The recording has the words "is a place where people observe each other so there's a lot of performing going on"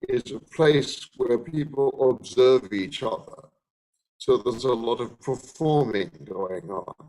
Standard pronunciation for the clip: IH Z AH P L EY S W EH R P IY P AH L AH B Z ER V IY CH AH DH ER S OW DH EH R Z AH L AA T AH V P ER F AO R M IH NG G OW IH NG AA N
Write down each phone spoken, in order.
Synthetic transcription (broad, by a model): IH Z AH P L EY S W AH R P IY P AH L AH B Z ER V IY CH AH DH ER S OW DH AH R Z AH L AA T AH V P ER F AO R M IH NG G OW IH NG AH N